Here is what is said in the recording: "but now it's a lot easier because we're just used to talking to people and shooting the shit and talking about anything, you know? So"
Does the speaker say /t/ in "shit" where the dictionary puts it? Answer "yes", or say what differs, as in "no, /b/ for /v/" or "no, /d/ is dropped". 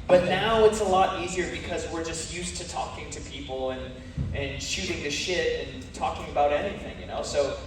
yes